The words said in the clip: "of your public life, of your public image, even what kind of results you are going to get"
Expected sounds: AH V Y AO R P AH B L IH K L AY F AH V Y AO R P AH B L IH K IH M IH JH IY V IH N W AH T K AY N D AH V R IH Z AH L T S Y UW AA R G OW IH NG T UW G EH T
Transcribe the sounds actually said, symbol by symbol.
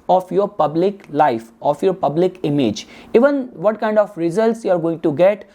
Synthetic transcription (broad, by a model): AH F Y AO R P AH B L IH K L AY F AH F Y AO R P AH B L IH K IH M IH JH IY V IH N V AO T K AY N D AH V R IH Z AH L T S Y UW AA R G OW IH NG T UW G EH T